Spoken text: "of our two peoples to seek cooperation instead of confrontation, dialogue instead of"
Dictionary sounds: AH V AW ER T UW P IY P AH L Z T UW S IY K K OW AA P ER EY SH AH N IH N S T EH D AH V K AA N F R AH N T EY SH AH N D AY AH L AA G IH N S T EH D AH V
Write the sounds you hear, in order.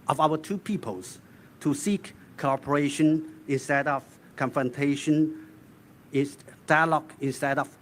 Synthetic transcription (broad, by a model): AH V AW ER T UW P IY P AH L S T UW S IY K K OW AA P ER EY SH AH N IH N S T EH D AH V K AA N F R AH N T EY SH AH N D AY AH L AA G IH N S T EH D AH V